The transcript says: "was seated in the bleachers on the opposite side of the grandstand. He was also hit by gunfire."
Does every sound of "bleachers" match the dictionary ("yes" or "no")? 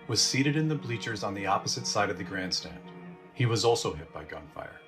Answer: yes